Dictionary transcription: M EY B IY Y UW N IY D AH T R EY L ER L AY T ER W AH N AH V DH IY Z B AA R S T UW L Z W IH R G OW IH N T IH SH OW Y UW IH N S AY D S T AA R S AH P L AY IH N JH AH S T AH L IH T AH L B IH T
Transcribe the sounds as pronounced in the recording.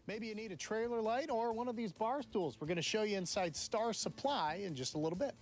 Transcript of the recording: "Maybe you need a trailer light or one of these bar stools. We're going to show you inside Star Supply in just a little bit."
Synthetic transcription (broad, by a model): M EY B IY Y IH N IY D AH T R EY L ER L AY T ER W AH N AH V DH IY Z B AA R S T UW L Z W IH R G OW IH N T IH SH OW Y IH IH N S AY D S T AA R S AH P L AY IH N JH AH S T AH L IH T L B IH T